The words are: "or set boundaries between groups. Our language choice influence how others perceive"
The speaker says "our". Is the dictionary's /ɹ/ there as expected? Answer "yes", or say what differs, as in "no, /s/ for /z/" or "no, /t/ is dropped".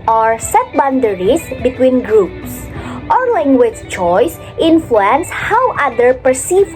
yes